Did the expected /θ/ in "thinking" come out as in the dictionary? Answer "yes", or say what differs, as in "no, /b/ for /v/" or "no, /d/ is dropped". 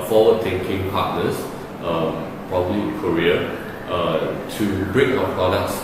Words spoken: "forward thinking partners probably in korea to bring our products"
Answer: no, /t/ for /θ/